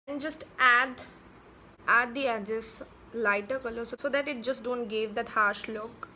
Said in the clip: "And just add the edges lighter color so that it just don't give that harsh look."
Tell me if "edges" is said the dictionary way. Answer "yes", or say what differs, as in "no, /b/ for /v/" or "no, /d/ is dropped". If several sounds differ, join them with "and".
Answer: no, /s/ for /z/